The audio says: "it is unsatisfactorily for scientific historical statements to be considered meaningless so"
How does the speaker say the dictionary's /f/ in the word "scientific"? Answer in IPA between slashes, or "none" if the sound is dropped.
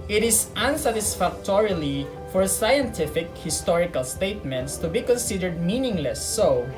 /f/